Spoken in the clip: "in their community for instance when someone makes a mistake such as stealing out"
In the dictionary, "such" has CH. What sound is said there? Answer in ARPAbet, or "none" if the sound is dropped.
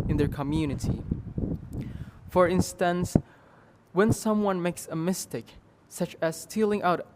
CH